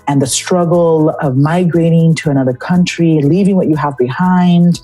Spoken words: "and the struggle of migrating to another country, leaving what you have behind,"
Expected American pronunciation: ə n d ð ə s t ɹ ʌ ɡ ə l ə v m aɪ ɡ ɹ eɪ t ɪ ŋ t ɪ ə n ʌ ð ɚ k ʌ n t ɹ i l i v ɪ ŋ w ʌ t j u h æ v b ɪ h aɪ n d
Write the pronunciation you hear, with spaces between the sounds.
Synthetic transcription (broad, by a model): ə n ð ə s t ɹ ʌ ɡ l ə v m aɪ ɡ ɹ eɪ t ɪ ŋ t ɪ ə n ʌ ð ɚ k ʌ n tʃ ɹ i l i v ɪ ŋ w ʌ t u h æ v b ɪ h aɪ n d